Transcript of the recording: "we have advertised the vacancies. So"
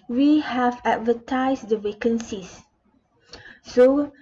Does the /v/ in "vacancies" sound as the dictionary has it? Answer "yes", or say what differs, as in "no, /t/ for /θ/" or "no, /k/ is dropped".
no, /w/ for /v/